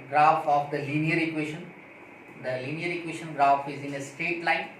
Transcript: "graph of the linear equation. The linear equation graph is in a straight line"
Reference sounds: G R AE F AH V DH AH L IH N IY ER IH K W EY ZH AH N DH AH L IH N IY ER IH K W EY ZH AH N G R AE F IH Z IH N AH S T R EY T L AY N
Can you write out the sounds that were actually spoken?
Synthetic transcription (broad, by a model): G R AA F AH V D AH L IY N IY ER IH K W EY SH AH N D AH L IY N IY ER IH K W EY SH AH N G R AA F IH Z IH N AH S T EY T L AY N